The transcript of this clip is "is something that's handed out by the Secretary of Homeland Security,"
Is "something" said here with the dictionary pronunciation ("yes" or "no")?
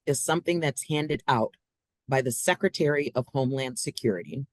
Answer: yes